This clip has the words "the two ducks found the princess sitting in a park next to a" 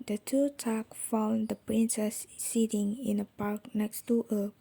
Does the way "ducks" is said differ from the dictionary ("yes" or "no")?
yes